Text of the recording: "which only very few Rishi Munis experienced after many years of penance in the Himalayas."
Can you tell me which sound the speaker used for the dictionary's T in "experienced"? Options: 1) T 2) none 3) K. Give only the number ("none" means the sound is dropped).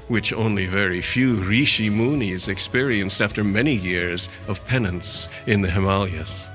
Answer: 1